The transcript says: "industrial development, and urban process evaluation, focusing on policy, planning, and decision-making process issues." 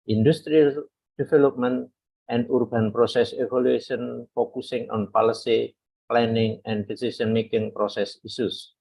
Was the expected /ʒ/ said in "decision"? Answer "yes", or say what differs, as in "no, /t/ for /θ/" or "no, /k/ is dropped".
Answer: no, /s/ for /ʒ/